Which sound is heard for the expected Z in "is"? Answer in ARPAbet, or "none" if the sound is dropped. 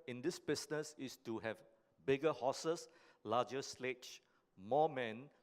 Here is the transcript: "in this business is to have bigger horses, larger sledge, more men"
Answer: S